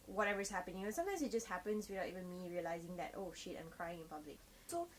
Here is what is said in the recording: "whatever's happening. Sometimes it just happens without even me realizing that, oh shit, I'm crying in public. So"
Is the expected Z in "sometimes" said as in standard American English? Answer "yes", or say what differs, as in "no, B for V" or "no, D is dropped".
no, S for Z